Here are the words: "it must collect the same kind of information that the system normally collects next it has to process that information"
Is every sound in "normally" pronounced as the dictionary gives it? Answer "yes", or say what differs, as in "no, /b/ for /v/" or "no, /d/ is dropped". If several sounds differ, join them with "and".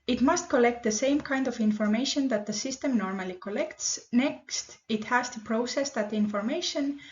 yes